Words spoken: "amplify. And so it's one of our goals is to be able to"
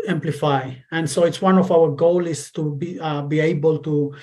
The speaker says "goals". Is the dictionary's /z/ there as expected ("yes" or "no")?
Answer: no